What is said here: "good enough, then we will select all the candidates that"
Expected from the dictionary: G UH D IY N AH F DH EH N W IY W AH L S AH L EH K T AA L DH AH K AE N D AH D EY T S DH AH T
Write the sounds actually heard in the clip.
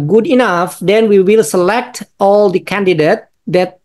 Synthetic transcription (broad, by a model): G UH D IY N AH F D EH N W IY W AH L S AH L EH K T AA L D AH K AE N D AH D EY T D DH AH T